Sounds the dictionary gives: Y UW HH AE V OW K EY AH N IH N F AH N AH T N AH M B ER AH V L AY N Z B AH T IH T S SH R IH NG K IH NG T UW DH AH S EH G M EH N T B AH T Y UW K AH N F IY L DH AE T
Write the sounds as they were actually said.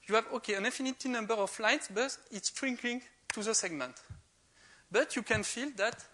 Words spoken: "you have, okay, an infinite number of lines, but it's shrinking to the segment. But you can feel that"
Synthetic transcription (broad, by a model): Y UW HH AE V OW K EY AH N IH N F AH N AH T N AH M B ER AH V L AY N S B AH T IH T S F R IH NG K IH NG T UW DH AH S EH G M EH N T B AH T Y UW K AH N F IY L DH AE T